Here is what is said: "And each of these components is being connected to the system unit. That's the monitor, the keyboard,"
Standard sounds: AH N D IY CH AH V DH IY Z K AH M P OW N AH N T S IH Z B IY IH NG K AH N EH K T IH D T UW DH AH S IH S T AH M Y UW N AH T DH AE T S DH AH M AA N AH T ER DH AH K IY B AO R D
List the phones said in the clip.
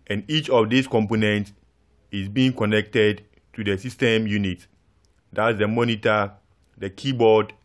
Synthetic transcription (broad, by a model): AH N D IY CH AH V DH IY S K AH M P OW N AH N T S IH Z B IY IH NG K AH N EH K T IH D T UW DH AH S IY S T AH M Y UW N AH T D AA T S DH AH M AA N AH T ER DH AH K IY B AO D